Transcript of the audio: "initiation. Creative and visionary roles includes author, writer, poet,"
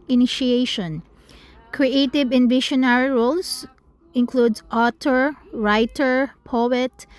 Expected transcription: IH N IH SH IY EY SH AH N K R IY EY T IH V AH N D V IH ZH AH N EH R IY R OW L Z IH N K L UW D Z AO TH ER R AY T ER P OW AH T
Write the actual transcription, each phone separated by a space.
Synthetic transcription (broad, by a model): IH N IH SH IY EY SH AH N K R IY EY T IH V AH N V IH SH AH N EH R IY R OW L S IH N K L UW D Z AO T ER R AY T ER P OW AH T